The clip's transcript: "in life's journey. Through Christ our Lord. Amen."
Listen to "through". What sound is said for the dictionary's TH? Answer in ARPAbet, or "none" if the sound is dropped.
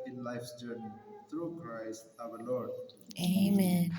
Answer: T